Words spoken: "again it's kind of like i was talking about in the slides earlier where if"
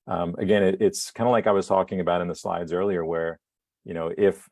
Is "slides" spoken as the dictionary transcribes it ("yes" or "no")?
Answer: yes